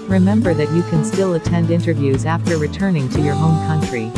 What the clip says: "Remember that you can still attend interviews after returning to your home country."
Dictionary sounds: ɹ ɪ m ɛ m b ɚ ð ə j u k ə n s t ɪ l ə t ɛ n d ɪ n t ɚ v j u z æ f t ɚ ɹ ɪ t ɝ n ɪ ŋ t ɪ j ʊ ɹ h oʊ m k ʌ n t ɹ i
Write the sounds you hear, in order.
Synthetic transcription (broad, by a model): ɹ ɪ m ɛ m b ɚ ð ə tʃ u k ə n s t ɪ l ə t ɛ n d ɪ n t ɚ v j u z æ f t ɚ ɹ ɪ t ɝ n ɪ ŋ t ɪ j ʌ ɹ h oʊ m k ʌ n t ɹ i